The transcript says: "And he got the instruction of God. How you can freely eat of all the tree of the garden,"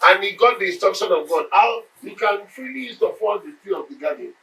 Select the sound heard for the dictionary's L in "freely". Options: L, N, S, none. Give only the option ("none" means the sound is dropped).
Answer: none